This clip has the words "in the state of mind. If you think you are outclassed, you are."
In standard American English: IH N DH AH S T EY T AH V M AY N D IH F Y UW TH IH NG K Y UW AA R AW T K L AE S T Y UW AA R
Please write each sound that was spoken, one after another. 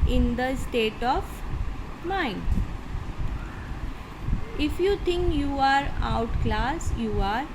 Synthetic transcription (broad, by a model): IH N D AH S T EY T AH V M AY N D IH F Y UW T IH NG K Y UW AA R AW T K L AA S Y UW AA R